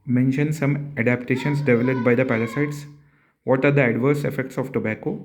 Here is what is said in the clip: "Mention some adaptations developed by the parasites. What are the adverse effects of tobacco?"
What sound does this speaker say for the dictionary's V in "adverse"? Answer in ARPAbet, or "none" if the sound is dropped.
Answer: V